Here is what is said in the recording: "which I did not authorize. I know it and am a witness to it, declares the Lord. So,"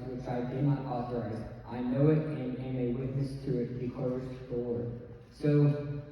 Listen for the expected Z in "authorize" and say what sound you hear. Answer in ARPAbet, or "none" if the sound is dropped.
Z